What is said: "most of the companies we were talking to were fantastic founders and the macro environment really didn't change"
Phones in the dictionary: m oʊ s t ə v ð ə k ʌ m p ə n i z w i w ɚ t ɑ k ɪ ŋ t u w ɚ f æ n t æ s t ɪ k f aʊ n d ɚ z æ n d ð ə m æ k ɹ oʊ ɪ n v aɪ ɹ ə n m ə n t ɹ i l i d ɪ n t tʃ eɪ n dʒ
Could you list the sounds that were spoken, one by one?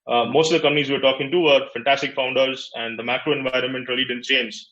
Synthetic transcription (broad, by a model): m oʊ s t ə v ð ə k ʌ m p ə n i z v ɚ t ɑ k ɪ ŋ t u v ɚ f æ n t æ s t ɪ k f aʊ n d ɚ z æ n d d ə m æ k ɹ oʊ ɪ n v aɪ ɹ ə n m ə n t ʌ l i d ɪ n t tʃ eɪ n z